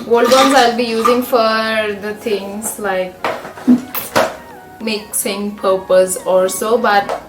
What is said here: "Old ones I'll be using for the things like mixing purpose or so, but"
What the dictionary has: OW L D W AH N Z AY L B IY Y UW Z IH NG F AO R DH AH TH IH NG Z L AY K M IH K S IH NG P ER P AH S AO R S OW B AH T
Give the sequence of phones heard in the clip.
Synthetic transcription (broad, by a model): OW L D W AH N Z AY L B IY Y UW Z IH NG F AO R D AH T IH NG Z L AY K M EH K S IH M P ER P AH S AO L S OW B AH T